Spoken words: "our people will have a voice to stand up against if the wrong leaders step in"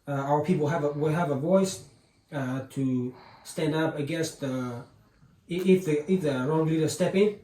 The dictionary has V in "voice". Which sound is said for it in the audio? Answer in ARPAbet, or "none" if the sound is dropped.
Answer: V